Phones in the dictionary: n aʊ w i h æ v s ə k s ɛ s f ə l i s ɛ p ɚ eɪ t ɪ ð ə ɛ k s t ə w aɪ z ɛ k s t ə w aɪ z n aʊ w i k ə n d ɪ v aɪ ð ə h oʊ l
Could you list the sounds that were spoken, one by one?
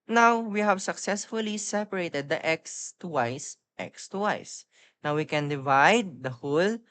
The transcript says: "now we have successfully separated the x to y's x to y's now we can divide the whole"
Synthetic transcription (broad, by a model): n aʊ w i h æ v s ə k s ɛ s f ə l i s ɛ p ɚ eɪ t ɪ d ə ɛ k s t w aɪ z ɛ k s t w aɪ s n aʊ w i k ə n d ɪ v aɪ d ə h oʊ l